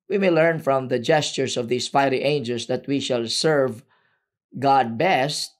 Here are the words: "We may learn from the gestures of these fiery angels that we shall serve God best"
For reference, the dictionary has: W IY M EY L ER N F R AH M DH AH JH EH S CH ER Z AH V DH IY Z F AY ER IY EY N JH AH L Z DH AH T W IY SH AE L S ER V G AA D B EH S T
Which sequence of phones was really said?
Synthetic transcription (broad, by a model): W IY M EY L ER N F R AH M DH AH JH EH S CH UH S AH V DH IY S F AY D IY EY N JH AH L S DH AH T W IY SH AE L S ER V G AA D B EH S T